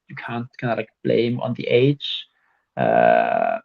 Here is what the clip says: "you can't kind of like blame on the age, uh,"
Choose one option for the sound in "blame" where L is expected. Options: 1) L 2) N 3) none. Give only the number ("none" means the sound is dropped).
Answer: 1